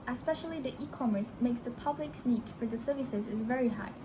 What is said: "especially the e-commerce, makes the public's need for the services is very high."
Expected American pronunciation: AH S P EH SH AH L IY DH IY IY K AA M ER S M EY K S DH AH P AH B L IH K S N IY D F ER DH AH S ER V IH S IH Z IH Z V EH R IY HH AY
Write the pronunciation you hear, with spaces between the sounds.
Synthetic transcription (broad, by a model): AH S P EH SH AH L IY DH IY IY K AA M ER S M EY K S DH AH P AH B L IH K S N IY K F ER DH AH S ER V IH S IH Z IH Z V EH R IY HH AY